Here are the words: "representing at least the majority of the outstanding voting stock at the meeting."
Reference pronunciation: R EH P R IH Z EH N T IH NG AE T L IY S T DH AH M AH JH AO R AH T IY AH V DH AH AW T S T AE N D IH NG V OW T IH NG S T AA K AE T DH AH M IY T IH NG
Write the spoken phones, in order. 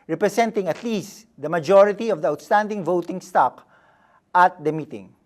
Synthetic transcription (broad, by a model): R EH P R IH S EH N T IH NG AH T L IY S T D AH M AH JH AO R AH T IY AH V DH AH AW T S T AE N D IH NG V OW T IH NG S T AA K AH T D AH M IY T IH NG